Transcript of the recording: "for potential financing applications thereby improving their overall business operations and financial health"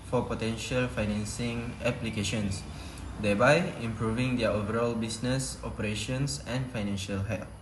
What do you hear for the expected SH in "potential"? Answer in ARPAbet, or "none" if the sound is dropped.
SH